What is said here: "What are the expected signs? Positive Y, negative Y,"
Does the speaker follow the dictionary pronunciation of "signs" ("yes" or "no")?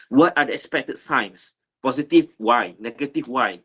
no